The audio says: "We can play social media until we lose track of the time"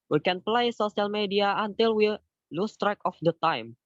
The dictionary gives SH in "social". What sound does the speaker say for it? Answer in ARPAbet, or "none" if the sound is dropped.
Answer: S